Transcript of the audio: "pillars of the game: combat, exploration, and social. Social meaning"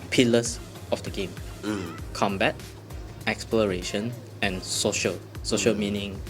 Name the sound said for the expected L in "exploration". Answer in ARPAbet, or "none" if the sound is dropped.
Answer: L